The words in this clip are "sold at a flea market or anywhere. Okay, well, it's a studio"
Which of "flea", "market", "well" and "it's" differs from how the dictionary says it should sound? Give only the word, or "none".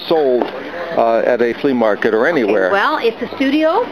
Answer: none